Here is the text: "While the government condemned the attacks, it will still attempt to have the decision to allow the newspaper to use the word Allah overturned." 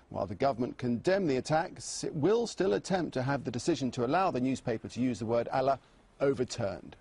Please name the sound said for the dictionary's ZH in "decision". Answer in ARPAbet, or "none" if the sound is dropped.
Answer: ZH